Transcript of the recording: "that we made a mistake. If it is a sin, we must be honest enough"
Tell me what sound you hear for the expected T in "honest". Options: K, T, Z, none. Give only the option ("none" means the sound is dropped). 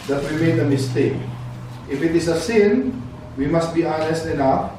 T